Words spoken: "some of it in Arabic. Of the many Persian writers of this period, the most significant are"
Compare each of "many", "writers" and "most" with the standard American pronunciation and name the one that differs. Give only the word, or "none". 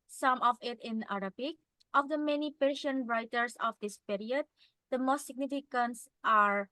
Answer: writers